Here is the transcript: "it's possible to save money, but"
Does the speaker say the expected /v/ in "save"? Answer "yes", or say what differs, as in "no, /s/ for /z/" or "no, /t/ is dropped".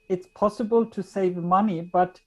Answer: yes